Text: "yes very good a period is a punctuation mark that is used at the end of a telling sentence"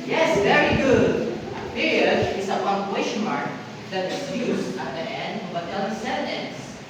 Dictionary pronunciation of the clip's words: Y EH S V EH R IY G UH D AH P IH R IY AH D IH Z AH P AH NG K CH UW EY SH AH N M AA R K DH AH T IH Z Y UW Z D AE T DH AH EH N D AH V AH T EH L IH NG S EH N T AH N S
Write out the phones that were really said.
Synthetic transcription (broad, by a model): Y EH S V EH R IY G UH D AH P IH R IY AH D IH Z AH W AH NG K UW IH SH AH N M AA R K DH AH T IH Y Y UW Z AA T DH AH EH N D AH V AH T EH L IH S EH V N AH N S